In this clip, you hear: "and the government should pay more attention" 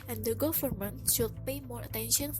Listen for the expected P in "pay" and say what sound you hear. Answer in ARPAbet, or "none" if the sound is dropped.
P